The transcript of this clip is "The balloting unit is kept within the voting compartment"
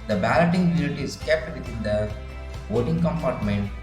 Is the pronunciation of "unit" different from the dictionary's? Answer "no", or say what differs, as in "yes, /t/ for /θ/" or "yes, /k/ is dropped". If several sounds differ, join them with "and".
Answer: yes, /l/ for /n/